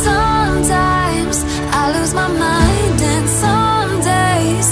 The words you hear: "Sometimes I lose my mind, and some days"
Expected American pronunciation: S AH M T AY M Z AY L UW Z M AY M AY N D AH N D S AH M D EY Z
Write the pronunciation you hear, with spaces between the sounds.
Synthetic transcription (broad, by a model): S AH M T AY M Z AY L UW Z M AY M AY N D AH N S AH M D EY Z